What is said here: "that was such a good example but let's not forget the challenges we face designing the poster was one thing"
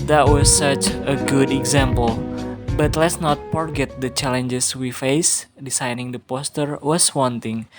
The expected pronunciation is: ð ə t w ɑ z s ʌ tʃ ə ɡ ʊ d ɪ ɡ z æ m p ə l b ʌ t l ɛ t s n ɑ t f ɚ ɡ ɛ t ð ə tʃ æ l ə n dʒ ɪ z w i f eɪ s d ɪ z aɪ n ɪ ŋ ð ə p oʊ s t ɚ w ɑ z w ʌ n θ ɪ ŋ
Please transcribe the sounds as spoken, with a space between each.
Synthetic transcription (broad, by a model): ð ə t w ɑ s ʌ tʃ ə ɡ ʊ d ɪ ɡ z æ m p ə l b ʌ t l ɛ t s n ɑ t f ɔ ɡ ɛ t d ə tʃ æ l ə n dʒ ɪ s w i f eɪ s d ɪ s aɪ n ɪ ŋ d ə p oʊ s t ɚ w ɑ s w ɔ n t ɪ ŋ